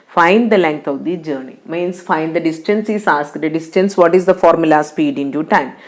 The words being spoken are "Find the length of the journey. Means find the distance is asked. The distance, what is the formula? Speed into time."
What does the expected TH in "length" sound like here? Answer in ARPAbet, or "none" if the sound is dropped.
T